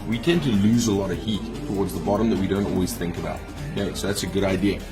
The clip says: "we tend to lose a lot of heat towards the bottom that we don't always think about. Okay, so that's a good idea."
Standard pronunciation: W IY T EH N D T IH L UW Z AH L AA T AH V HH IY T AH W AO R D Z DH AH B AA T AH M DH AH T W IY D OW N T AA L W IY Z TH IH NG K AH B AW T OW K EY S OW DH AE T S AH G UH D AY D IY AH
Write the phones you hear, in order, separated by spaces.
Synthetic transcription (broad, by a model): W IY T EH N T IH L UW Z AH L AA T AH V HH IY T AH W AO R D Z DH AH B AA T AH M DH AH T W IY D OW N T AA L W IY Z TH IH NG K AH B AW T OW UH S OW DH AE T S AH G UH D AY D IY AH